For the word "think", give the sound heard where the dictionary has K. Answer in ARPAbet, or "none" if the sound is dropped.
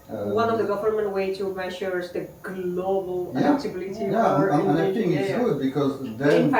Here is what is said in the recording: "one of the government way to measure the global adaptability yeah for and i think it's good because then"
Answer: none